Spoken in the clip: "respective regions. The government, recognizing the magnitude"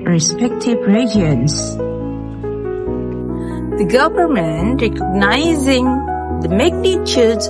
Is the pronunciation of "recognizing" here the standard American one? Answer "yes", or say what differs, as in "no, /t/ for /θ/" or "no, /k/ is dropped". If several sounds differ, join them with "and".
yes